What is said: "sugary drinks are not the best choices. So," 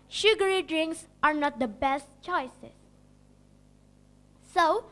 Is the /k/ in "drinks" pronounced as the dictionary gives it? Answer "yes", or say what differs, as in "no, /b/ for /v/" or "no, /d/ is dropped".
yes